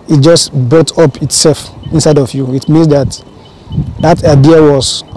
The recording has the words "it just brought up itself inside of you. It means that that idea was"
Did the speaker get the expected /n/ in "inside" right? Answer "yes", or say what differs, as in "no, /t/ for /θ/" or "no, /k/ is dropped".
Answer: yes